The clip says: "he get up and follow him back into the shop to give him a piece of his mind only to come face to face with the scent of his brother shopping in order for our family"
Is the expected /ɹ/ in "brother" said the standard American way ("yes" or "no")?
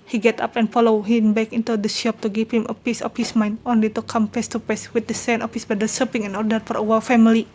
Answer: no